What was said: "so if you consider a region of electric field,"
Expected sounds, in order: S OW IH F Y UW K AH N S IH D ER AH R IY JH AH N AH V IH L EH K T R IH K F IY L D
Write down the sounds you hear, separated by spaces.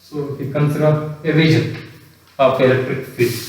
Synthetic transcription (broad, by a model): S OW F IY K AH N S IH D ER AH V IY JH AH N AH P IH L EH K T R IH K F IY